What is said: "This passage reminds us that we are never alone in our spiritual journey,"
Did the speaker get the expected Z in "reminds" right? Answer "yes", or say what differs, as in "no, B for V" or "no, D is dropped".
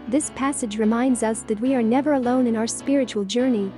yes